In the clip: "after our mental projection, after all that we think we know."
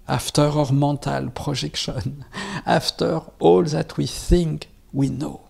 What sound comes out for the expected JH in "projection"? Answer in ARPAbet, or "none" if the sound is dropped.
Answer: ZH